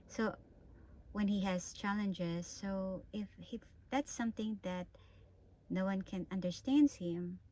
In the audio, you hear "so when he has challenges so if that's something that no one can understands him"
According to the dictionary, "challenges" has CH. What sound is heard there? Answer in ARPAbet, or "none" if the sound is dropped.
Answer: CH